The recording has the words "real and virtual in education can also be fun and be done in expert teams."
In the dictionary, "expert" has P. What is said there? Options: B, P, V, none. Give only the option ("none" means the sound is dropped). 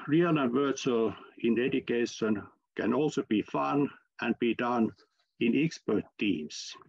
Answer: P